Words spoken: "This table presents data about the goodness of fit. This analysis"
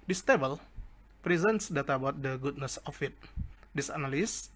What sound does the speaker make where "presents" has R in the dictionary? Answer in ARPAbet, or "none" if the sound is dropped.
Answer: R